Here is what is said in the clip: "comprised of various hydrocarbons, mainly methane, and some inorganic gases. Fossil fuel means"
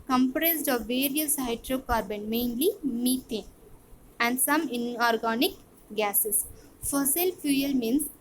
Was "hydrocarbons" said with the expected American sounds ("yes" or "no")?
no